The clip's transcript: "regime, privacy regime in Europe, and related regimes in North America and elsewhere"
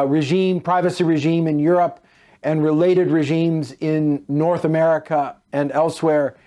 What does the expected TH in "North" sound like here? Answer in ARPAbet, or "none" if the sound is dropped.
TH